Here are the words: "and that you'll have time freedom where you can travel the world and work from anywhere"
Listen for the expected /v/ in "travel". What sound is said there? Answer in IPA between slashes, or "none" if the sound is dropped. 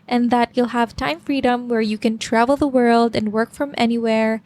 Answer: /v/